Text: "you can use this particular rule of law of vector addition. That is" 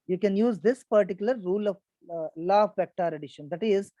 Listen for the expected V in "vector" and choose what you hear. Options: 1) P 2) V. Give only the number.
1